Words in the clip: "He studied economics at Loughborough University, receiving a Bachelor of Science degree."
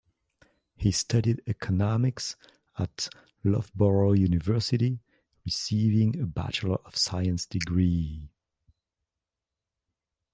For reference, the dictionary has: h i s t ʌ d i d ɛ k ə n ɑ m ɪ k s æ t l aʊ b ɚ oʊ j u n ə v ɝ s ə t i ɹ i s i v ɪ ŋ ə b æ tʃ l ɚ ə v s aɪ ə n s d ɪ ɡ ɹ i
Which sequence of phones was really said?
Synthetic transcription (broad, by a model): h i s t ʌ d i d ɛ k ə n ɑ m ɪ k s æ t l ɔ b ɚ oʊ j u n ə v ɝ s ə t i ɹ i s i v ɪ ŋ ə b æ tʃ l ɚ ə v s aɪ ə n s d ɪ ɡ ɹ i